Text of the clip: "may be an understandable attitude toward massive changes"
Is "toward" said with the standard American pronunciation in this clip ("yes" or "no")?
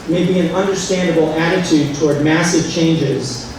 yes